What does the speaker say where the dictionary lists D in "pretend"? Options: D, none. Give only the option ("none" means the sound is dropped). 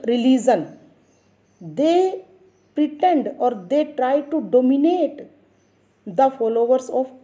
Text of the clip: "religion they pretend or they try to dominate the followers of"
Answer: D